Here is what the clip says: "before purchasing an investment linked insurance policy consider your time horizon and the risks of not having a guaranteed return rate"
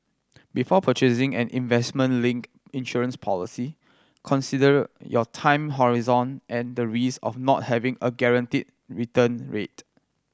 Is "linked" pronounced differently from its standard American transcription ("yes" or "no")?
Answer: yes